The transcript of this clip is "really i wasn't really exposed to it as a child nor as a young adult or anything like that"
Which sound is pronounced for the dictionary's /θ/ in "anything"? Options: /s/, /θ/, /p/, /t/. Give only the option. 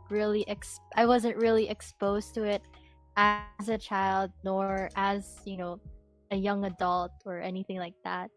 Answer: /θ/